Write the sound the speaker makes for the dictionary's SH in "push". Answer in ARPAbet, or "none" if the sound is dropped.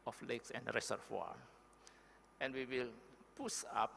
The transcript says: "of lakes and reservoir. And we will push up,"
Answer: S